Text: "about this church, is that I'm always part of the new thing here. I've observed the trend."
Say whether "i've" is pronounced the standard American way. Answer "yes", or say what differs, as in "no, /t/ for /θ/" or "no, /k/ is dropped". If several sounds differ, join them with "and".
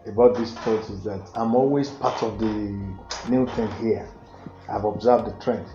yes